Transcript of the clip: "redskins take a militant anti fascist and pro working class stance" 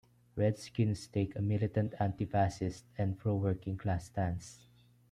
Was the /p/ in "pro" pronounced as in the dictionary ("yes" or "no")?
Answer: no